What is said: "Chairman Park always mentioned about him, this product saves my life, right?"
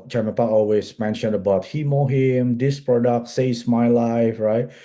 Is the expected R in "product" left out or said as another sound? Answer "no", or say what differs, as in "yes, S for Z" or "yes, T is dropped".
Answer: no